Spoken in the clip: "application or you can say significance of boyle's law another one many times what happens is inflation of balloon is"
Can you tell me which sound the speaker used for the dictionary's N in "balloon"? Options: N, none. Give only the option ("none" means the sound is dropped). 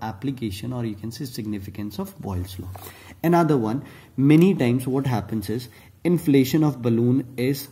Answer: N